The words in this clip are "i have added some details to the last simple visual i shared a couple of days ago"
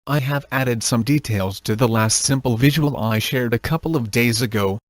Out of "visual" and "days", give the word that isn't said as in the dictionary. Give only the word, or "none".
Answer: none